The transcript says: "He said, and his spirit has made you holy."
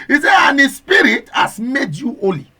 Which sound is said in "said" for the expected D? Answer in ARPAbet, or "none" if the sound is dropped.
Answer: none